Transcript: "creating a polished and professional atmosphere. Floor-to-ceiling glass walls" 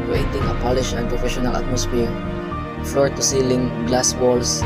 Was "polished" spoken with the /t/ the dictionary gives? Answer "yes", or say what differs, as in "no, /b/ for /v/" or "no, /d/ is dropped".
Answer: no, /t/ is dropped